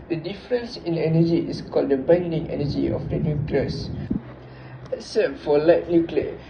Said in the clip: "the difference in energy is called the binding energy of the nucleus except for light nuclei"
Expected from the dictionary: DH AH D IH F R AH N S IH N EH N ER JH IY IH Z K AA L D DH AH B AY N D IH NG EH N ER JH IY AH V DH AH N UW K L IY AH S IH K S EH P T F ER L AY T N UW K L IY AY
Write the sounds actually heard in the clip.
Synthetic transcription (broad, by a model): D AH D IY F R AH N S IH N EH N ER JH IY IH S K AA L D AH B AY N D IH NG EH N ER JH IY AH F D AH N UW K L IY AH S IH S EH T F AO L AY T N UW K L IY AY